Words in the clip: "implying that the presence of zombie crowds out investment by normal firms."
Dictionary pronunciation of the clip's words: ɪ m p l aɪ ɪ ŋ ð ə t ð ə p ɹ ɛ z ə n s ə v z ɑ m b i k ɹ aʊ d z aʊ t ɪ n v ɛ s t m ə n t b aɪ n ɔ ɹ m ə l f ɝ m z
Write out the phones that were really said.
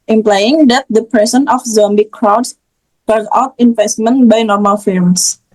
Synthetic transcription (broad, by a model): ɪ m p l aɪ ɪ ŋ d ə t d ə p ɹ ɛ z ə n ə f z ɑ m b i k ɹ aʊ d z aʊ t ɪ n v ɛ s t m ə n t b aɪ n ɔ ɹ m ə l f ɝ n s